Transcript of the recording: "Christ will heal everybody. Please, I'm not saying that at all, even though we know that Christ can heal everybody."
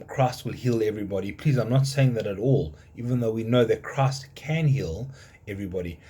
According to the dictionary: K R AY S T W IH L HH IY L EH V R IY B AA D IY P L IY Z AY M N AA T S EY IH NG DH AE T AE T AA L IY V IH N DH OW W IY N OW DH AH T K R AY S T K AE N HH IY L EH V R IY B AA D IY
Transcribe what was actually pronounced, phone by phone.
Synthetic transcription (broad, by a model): K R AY S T W IH L HH IY L EH V R IY B AA D IY P L IY Z AY M N AA T S EY IH NG DH AE T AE T AA L IY V IH N DH OW W IY N OW DH AH T K R AY S T K AE N HH IY L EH V R IY B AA D IY